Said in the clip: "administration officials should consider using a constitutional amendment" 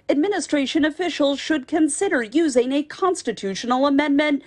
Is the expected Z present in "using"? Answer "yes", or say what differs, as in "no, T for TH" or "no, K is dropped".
yes